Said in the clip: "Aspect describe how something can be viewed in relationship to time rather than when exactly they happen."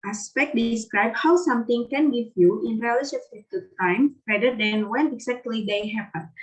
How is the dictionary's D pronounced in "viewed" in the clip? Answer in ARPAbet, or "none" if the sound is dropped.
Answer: none